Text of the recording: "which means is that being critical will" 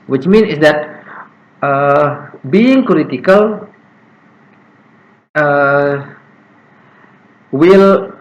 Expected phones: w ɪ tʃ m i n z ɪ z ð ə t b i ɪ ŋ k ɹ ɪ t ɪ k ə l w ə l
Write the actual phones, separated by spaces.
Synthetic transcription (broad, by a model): w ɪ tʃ m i n ɪ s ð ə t b i ɪ ŋ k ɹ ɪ t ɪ k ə l w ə l